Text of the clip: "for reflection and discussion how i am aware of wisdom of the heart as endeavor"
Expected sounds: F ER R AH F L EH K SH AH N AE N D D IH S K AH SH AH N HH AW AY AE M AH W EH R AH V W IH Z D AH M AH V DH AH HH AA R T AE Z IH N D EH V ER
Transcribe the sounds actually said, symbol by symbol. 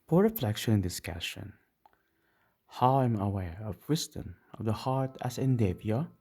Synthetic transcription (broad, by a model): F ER R AH F L EH K SH AH N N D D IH S K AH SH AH N HH AW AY M AH W EH R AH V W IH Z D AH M AH V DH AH HH AA R T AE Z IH N D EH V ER